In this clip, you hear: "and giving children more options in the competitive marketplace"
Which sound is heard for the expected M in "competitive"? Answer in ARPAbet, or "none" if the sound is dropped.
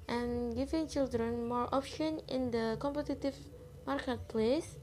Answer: M